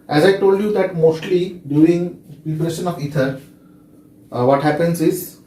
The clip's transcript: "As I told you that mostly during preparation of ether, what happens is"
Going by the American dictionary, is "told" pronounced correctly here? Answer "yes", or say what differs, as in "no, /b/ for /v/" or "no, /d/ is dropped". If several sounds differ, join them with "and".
yes